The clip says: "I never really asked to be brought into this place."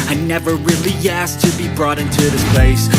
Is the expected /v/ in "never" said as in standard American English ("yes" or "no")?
yes